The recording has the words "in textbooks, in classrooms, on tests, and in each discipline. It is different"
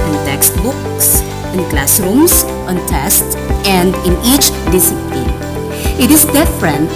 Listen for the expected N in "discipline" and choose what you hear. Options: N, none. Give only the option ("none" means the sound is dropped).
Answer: none